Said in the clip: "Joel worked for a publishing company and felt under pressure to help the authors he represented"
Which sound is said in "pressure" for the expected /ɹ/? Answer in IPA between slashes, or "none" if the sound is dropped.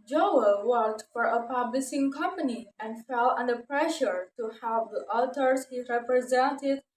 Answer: /ɹ/